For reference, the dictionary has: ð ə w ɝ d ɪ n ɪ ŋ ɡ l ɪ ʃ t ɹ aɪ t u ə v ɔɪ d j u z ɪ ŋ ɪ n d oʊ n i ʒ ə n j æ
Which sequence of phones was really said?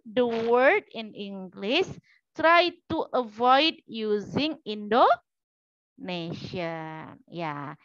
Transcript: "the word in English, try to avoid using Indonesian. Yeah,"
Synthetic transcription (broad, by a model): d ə w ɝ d ɪ n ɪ ŋ ɡ l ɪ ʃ t ɹ aɪ t u ə v ɔɪ d j u z ɪ ŋ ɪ n d oʊ n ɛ ʃ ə n j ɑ